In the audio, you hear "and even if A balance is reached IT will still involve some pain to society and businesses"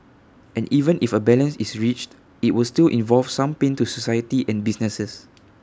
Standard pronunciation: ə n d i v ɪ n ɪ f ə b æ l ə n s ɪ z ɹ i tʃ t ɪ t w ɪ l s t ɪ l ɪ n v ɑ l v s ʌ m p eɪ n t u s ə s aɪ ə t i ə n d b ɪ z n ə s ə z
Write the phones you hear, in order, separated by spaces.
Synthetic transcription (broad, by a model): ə n i v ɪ n ɪ f ə b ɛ l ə n s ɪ s ɹ i tʃ t ɪ t w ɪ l s t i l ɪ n v ɑ l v s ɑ m p eɪ n t u s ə s aɪ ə t i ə n b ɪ s n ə s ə s